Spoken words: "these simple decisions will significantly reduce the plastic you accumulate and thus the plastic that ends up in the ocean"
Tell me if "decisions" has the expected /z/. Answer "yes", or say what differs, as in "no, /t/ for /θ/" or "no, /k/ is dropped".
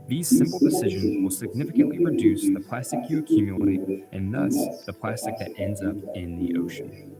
yes